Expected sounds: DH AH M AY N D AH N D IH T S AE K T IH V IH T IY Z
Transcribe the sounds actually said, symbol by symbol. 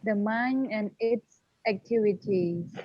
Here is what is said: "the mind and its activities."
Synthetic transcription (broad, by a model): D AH M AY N AH N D IH T S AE K T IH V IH T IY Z